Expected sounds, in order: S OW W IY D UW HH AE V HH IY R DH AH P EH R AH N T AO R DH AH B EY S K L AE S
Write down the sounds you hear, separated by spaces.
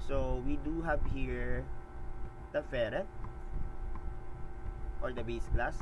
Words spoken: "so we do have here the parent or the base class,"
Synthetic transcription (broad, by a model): S OW W IY D UW HH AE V HH IY R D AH F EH R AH T AO R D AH B EY S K L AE S